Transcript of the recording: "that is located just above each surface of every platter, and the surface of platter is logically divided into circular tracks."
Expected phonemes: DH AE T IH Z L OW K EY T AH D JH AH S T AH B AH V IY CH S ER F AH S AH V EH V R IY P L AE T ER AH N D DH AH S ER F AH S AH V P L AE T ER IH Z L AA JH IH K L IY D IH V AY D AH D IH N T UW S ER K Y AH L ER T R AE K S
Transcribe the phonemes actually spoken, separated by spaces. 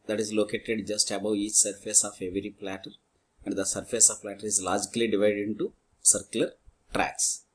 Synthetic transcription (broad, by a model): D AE T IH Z L OW K EY T AH D JH AH S T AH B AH W IY CH S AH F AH S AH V EH V R IY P L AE T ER AH N D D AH S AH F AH S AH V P L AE T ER IH Z L AA JH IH K L IY D IH V AY D AH D IH N T UW S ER K Y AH L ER T R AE K S